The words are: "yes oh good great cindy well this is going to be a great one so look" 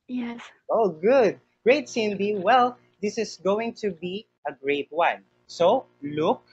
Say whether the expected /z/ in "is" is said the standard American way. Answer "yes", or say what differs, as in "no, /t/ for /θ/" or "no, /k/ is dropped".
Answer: no, /s/ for /z/